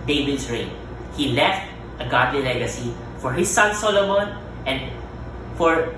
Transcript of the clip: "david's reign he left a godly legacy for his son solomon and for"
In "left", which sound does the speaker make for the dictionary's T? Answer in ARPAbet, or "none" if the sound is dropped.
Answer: T